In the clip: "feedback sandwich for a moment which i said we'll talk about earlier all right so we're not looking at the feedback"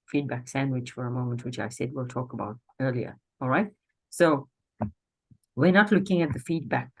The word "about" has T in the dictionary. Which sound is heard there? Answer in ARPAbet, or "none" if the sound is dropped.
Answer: T